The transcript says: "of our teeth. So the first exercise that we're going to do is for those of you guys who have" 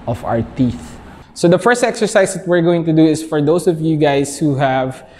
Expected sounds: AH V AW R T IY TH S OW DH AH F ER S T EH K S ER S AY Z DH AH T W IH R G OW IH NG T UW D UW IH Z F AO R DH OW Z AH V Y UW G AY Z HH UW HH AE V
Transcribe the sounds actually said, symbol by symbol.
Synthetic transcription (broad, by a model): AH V AW R T IY TH S OW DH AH F ER S T EH K S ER S AY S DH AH T W IH R G OW IH NG T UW D UW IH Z F AO R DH OW S AH V Y UW G AY S HH UW HH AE V